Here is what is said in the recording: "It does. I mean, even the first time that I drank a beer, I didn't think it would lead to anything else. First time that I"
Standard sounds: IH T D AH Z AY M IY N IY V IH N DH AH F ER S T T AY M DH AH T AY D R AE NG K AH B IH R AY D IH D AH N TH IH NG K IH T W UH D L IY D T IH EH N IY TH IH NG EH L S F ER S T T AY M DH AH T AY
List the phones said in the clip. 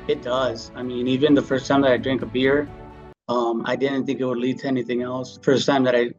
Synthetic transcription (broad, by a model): IH T D AH Z AY M IY N IY V IH N DH AH F ER S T T AY M DH AH T AY D R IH NG K AH B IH R AY D IH D N TH IH NG K IH T W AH D L IY D T IH EH N IY TH IH NG EH L S F ER S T T AY M DH AH T AY